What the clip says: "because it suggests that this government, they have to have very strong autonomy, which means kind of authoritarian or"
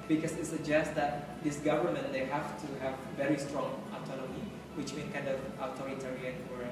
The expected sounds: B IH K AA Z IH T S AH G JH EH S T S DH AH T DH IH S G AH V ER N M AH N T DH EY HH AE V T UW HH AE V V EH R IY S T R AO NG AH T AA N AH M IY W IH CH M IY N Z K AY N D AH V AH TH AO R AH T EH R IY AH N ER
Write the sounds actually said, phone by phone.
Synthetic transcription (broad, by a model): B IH K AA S IH T S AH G JH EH S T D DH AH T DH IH S G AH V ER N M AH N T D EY HH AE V T UW HH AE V V EH R IY S T R AO NG AH T AA N AH M IY W IH CH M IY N K AY N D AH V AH T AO R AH T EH R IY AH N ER